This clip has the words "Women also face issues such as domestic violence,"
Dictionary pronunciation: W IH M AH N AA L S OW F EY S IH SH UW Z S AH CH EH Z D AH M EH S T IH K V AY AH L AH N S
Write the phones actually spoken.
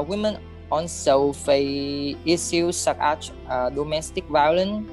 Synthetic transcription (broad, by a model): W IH M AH N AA N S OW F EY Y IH S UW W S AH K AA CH D AH M EH S T IH K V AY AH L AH N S